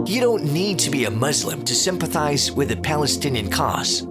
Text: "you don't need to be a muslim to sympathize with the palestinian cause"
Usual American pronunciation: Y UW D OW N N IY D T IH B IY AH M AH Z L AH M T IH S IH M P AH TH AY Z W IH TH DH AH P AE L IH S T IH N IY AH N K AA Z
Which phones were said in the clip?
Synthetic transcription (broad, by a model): Y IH D OW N N IY D T IH B IY AH M AH Z L AH M T IH S IH M P AH TH AY Z W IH DH AH P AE L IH S T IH N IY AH N K AA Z